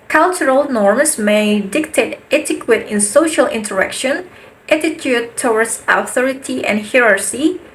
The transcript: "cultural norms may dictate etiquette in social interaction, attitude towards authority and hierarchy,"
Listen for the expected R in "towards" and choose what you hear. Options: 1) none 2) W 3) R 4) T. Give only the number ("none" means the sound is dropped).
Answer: 2